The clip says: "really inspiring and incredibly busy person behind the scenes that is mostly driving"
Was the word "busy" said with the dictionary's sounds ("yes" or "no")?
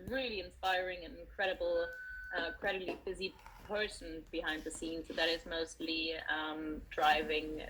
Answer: yes